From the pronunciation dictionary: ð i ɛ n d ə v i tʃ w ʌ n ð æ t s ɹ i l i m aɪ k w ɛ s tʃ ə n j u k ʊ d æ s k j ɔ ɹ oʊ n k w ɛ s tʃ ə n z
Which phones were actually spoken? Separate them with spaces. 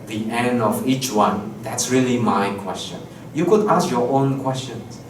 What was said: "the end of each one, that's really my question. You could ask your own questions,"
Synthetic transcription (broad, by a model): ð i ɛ n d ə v i tʃ w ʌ n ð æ t s ɹ i l i m aɪ k w ɛ s tʃ ə n j u k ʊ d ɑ s k j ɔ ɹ oʊ n k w ɛ s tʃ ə n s